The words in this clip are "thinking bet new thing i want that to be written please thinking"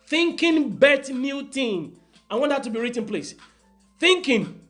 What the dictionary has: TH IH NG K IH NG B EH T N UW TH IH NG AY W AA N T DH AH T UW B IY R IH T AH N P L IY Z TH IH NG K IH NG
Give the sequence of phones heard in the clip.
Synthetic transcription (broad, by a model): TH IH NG K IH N B EH T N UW T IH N AY W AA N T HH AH T UW B IY R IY T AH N P L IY S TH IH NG K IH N